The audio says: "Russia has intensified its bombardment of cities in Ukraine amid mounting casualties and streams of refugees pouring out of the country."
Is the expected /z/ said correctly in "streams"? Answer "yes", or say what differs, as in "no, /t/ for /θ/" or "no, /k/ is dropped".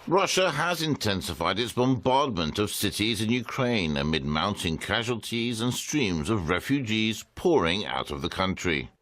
yes